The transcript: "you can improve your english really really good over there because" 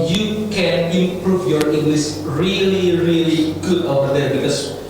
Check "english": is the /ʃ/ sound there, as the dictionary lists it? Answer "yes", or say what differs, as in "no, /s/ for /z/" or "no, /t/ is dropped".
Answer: no, /s/ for /ʃ/